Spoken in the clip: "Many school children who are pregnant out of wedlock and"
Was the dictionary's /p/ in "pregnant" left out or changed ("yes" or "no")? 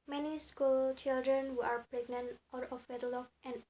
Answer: no